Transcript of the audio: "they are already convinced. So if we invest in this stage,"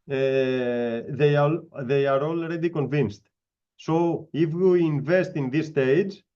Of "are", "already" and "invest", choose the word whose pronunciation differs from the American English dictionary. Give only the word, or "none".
none